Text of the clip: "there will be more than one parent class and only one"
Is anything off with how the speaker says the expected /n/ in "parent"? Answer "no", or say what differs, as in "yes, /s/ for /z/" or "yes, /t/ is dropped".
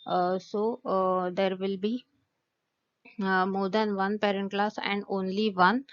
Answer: no